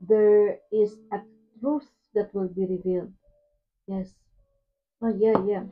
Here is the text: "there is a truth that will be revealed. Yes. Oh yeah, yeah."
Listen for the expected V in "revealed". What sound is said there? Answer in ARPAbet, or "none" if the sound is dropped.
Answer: V